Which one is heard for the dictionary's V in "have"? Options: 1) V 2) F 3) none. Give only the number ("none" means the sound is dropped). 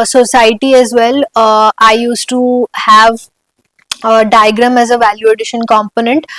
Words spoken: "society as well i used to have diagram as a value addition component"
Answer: 1